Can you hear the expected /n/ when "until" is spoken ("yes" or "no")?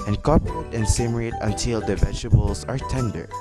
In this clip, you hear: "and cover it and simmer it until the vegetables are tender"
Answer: no